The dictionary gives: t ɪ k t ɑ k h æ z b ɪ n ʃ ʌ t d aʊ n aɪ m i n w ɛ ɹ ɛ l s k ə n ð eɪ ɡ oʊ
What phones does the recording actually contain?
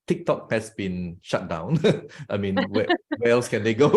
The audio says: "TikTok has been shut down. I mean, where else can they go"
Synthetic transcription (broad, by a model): t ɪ k t ɑ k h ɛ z b ɪ n ʃ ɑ t d aʊ n aɪ m i n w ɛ w ɛ l s k ə n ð eɪ ɡ oʊ